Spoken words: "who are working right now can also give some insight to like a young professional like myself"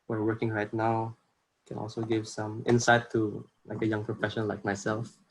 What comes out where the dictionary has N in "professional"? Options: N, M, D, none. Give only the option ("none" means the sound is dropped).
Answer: none